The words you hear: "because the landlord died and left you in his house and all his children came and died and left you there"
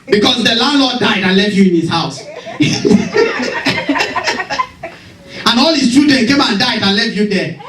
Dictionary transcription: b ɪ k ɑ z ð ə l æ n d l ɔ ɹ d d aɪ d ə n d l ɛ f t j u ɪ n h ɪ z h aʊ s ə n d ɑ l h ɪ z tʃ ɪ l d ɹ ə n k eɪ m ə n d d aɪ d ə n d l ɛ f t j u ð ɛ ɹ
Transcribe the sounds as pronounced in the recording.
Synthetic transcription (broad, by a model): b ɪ k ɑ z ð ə l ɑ n d l ɔ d d aɪ d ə n l ɛ f t j u ɪ n h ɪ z h aʊ s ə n ɑ l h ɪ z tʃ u d ə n k eɪ m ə n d d aɪ d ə n l ɛ f t j u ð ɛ